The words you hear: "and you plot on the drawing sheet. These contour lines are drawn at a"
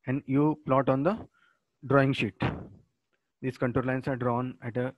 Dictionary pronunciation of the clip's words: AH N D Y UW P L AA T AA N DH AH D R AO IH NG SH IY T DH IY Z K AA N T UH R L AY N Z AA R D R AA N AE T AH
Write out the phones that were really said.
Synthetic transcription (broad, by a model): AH N D Y UW P L AA T AA N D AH D R AO IH NG SH IY T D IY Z K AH N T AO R L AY N S AA R D R AA N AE T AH